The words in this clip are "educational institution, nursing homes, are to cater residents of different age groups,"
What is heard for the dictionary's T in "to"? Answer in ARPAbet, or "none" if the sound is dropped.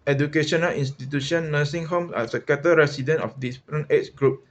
S